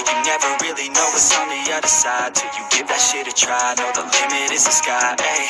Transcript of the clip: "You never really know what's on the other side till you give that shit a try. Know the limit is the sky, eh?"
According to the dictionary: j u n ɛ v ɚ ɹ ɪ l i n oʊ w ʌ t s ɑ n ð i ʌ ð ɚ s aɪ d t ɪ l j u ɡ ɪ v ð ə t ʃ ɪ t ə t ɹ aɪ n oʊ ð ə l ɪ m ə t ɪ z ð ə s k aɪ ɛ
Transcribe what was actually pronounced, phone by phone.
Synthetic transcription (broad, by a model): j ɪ n ɛ v ɚ ɹ ɪ l i n oʊ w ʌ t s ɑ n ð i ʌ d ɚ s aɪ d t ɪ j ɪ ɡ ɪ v ð ə t ʃ ɪ t ə t ɹ aɪ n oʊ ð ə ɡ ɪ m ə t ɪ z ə s k aɪ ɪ